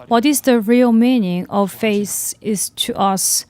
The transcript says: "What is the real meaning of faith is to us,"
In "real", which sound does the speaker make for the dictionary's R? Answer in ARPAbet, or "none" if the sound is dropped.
R